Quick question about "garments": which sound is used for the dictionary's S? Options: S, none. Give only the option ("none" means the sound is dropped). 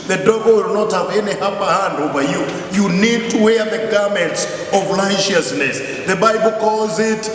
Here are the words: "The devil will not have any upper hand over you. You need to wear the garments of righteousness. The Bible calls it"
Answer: S